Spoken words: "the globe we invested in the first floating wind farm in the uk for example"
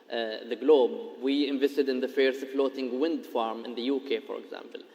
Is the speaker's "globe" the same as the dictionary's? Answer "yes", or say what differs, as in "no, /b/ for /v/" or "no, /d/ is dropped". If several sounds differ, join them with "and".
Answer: yes